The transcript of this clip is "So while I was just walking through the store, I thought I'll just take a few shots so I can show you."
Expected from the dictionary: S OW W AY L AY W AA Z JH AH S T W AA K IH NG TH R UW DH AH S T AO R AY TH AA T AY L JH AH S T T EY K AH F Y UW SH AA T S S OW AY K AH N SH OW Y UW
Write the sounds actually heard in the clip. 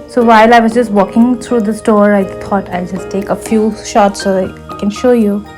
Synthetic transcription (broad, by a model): S OW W AY L AY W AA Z JH AH S T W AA K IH NG T R UW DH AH S T AO R AY T AA T AY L JH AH S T T EY K AH F Y UW SH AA T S S OW AY K AH N SH OW Y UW